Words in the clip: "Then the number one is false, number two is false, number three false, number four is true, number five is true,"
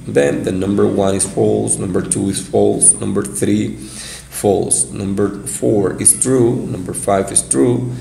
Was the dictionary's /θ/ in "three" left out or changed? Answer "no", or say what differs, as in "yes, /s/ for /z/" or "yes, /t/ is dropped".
no